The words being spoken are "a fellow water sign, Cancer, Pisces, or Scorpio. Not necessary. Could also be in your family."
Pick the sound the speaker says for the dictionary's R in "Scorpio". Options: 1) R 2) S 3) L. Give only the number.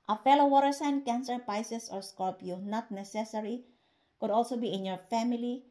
3